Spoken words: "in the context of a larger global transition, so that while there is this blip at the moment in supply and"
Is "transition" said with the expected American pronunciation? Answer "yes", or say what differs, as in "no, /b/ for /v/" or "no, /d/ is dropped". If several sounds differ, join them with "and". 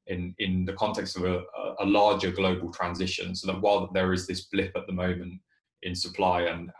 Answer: yes